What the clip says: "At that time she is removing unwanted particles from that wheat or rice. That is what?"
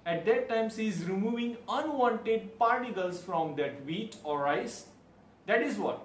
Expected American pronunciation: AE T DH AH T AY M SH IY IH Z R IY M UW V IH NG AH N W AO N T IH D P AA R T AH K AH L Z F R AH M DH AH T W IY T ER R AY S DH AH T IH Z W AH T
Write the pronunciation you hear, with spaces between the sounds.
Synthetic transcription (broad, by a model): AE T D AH T AY M S IY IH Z R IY M UW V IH NG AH N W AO N T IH D P AA R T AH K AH L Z F R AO M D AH T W IY T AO R AY S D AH T IH Z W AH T